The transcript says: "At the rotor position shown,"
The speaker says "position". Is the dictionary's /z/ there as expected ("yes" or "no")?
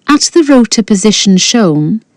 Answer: yes